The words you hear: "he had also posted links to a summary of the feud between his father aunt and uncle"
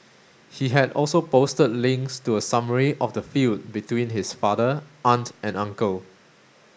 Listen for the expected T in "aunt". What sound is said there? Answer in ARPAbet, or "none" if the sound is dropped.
T